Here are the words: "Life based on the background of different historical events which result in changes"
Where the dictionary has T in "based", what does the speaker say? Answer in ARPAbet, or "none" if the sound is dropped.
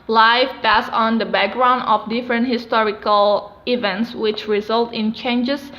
none